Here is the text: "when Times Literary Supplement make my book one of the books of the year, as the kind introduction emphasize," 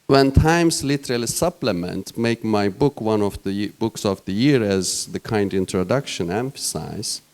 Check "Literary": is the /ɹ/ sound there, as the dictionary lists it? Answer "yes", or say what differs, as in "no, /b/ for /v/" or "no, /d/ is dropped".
no, /l/ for /ɹ/